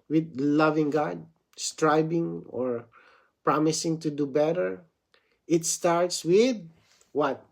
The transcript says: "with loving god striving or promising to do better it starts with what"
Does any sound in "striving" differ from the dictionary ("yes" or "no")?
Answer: yes